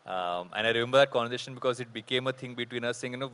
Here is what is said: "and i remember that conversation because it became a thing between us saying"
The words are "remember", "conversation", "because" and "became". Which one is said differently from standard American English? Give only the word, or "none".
conversation